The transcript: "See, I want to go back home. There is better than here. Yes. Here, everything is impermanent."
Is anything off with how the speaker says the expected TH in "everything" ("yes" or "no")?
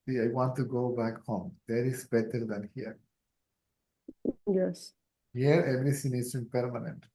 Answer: yes